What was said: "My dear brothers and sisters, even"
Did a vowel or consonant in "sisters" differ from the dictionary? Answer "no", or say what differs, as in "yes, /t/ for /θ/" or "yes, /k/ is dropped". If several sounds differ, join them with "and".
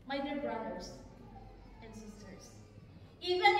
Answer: yes, /s/ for /z/